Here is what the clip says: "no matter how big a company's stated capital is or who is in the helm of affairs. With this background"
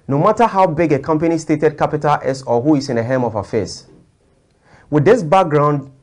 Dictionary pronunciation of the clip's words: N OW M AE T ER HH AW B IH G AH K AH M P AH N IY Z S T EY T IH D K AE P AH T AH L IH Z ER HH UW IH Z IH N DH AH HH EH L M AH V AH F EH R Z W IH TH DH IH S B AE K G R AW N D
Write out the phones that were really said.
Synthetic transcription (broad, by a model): N OW M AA T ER HH AW B IH G AH K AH M P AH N IY S T EY T IH D K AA P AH T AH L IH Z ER HH UW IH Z IH N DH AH HH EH M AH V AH F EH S W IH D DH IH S B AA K G R AW N D